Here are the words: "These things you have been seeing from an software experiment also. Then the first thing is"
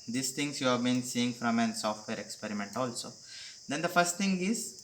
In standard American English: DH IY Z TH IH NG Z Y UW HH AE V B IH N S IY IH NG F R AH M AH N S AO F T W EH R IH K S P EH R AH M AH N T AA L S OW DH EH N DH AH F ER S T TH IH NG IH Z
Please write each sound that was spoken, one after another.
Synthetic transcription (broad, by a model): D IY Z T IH NG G Y UW HH AE V B IH N S IY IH NG F R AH M AH N S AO F T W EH R IH K S P EH R AH M AH N T AA L S OW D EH N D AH F ER S T T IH NG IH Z